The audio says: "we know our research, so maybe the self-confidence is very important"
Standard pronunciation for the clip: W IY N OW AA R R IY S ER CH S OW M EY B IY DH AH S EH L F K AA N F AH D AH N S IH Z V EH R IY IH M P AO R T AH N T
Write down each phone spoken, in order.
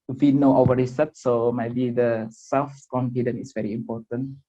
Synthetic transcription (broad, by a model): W IY N OW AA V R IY S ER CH S OW M EY B IY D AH S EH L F K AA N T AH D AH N IH S V EH R IY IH M P AO T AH N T